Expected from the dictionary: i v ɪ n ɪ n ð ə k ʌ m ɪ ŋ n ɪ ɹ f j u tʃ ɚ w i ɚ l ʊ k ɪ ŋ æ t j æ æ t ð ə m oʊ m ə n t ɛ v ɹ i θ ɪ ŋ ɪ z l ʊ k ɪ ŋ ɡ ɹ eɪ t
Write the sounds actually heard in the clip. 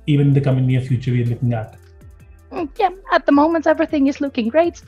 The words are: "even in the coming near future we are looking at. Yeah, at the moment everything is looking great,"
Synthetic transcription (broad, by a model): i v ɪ n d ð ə k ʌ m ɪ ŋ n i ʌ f j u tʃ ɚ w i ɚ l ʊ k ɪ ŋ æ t j æ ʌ t ð ə m oʊ m ə n t ɛ v ɹ i θ ɪ ŋ ɪ z l ʊ k ɪ ŋ ɡ ɹ eɪ t